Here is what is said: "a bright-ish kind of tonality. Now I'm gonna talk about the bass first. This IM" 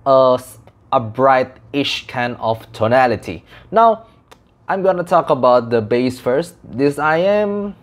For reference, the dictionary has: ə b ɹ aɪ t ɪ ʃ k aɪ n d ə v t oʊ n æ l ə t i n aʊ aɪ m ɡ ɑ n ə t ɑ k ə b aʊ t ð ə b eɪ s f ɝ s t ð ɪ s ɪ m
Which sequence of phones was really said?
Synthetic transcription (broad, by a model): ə b ɹ aɪ t ɪ ʃ k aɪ n ə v t oʊ n æ l ə t i n aʊ aɪ m ɡ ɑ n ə t ɑ k ə b aʊ t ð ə b eɪ s f ɝ s t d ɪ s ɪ m